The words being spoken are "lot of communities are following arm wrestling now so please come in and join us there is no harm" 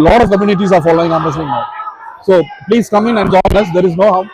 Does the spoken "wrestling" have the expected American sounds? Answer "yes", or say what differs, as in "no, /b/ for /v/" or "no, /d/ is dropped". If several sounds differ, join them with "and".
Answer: no, /l/ is dropped